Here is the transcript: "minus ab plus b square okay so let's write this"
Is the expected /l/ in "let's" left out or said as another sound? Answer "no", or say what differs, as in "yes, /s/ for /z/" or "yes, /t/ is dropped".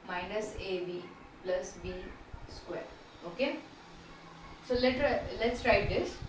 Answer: no